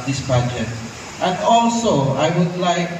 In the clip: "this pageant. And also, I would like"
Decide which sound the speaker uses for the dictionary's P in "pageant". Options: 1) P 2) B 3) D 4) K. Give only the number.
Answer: 2